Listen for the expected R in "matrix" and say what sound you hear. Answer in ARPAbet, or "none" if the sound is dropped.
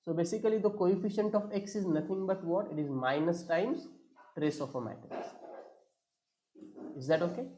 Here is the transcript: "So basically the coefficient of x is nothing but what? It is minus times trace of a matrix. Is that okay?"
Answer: none